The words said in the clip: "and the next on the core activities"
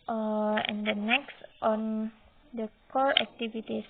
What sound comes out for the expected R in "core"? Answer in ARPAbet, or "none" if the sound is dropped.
L